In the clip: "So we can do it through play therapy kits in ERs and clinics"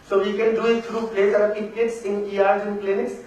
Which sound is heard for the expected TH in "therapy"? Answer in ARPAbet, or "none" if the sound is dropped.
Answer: S